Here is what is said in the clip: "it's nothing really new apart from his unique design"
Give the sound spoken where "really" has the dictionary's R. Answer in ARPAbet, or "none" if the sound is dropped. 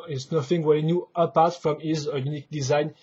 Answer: W